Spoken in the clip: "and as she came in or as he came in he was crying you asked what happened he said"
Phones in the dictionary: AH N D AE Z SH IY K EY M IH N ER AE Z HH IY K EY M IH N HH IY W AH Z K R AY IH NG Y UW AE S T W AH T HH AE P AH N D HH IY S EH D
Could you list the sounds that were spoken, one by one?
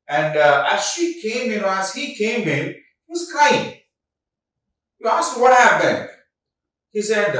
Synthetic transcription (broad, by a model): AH N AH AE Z SH IY K EY M IH N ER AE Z HH IY K EY M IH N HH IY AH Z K AY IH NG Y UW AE S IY W AH T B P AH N HH IY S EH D